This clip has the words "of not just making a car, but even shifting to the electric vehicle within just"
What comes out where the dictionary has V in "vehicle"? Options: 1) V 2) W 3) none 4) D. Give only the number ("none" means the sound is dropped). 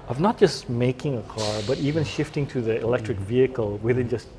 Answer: 1